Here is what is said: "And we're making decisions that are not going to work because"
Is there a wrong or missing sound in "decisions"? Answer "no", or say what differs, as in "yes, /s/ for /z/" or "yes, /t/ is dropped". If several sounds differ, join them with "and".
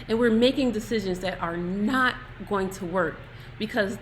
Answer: no